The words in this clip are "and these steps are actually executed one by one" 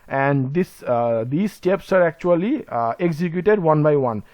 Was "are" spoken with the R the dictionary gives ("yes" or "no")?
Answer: yes